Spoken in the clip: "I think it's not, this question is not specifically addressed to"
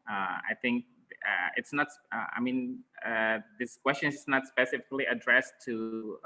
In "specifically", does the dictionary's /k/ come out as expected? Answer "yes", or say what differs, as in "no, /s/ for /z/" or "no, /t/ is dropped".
yes